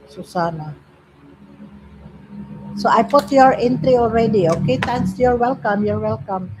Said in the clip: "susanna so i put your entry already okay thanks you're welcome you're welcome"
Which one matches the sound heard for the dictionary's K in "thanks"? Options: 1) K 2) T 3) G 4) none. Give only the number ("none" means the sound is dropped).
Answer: 4